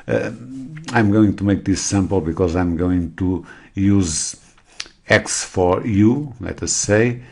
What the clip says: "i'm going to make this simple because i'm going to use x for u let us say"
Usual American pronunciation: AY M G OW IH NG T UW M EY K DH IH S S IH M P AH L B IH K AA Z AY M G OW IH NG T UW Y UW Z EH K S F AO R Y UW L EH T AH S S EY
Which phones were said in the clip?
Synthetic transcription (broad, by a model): AY M G OW IH NG T UW M EY K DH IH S S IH M P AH L B IH K AA Z AY M G OW IH NG T UW Y UW Z EH K S F AO R Y UW L EH T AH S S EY